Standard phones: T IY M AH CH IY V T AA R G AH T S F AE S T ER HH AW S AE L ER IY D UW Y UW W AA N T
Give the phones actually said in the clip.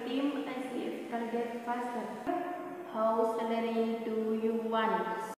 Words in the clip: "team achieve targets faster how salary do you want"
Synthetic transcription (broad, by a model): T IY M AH S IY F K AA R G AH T F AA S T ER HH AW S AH N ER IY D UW Y UW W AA N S